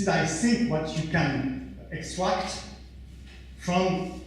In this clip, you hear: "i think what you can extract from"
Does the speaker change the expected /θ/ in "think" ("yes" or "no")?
yes